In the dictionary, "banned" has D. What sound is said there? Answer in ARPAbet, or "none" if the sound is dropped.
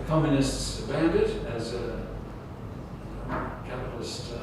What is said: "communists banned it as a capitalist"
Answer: D